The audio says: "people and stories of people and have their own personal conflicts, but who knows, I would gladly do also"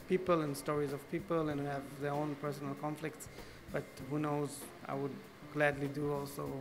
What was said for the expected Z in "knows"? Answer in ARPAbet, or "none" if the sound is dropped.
Z